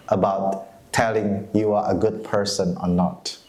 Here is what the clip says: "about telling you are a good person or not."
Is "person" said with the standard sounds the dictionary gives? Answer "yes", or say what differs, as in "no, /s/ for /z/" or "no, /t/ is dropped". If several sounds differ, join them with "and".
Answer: yes